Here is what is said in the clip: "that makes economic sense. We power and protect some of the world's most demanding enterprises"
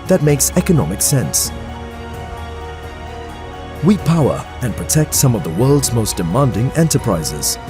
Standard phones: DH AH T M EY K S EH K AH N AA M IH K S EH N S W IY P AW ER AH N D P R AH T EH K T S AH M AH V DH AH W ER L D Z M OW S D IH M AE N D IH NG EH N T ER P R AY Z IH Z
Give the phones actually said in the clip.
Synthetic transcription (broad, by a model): DH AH T M EY K S EH K AH N AA M IH K S EH N S W IY P AW ER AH N P R AH T EH K T S AH M AH V DH AH W ER L D Z M OW S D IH M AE N D IH NG EH N T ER P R AY Z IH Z